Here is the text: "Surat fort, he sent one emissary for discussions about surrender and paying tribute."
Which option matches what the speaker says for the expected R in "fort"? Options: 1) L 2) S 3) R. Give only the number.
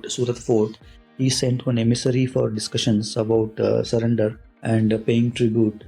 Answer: 3